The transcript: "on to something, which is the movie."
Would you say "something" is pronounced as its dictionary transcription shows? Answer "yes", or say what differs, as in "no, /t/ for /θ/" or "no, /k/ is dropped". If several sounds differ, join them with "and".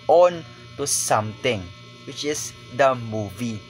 no, /t/ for /θ/